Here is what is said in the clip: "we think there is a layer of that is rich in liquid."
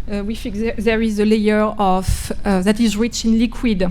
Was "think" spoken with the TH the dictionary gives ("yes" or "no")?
no